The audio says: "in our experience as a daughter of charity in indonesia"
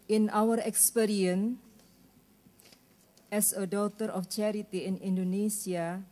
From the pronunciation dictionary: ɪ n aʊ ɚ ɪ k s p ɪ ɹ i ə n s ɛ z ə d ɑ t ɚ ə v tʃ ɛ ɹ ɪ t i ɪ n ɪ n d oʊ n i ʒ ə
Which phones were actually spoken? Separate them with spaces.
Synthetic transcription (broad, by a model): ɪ n aʊ ɚ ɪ k s p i ɹ i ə n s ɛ s ə d ɑ t ɚ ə f tʃ ɛ ɹ ɪ t i ɪ n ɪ n d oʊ n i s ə